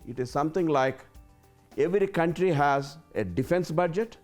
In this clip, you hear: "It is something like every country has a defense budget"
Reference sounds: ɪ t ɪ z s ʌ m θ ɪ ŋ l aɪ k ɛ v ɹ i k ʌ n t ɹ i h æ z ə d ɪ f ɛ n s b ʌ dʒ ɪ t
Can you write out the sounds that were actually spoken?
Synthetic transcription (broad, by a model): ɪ t ɪ z s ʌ m t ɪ ŋ l aɪ k ɛ v ɹ i k ʌ n t ɹ i h æ z ə d ɪ f ɛ n s b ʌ dʒ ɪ t